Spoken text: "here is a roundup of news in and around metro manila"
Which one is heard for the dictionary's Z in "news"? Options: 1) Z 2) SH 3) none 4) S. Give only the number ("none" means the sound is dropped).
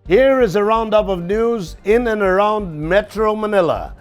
1